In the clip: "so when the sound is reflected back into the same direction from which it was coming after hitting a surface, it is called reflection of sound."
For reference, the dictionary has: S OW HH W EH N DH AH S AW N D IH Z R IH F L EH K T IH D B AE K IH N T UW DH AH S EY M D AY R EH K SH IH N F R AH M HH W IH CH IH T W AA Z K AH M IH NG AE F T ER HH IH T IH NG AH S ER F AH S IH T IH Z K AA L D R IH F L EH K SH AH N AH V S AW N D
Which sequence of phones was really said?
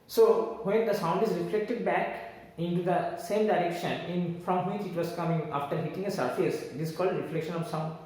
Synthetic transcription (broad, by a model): S OW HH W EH N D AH S AW N D IH Z R IH F L EH K T IH D B AE K IH N T UW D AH S EY M D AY R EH K SH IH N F R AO M HH W IH CH IH T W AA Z K AH M IH NG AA F T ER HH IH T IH NG AH S ER F AH S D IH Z K AA L D R IH F L EH K SH AH N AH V S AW N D